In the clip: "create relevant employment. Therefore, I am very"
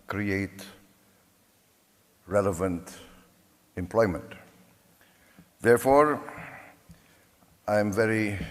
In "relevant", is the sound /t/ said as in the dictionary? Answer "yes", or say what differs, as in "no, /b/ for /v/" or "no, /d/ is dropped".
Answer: yes